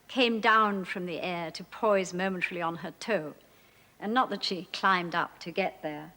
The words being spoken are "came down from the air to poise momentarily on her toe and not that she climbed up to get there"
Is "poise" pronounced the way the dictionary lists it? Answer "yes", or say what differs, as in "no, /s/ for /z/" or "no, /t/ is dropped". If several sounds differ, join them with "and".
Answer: yes